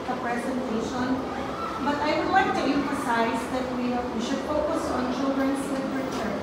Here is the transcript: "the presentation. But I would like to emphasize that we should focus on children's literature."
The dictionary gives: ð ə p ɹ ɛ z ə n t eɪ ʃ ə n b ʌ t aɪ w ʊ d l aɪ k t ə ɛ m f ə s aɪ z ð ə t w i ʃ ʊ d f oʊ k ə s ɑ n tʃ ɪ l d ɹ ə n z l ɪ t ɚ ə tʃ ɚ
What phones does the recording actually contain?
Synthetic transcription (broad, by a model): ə p ɹ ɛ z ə n t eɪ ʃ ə n b ʌ t aɪ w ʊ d w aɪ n t ə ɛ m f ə s aɪ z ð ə t w i ʃ ʊ d f oʊ k ə s ɑ n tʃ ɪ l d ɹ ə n s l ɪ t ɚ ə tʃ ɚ